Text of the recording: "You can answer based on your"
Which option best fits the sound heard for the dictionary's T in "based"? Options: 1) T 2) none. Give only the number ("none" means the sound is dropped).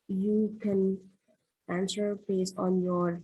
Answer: 2